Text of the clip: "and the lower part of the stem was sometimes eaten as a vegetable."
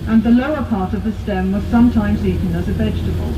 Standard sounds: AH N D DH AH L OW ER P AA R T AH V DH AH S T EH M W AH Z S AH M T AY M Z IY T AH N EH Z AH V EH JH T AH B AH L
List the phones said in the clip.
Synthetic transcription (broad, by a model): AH N DH AH L OW ER P AA R T AH V DH AH S T EH M W AH Z S AH M T AY M Z IY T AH N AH Z AH V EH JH T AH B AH L